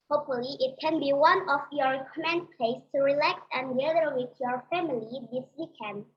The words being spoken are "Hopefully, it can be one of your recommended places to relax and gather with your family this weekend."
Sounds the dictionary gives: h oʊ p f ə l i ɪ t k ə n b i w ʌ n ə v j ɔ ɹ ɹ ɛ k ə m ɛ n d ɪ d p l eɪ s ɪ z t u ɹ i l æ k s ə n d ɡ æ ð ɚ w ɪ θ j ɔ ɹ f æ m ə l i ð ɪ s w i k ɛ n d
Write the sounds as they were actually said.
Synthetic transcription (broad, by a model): h oʊ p f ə l i ɪ t k ə n b i w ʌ n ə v j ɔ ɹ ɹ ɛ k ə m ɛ n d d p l eɪ ɪ s t u ɹ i l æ k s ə n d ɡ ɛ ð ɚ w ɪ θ j ɔ ɹ f æ m ə l i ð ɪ s w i k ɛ n d